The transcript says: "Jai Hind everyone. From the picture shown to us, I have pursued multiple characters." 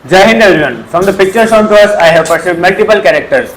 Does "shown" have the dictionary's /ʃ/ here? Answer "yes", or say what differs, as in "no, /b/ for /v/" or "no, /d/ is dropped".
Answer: no, /s/ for /ʃ/